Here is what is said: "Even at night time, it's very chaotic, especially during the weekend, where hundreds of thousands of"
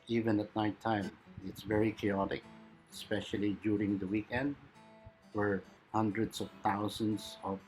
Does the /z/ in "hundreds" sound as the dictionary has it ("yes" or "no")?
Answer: no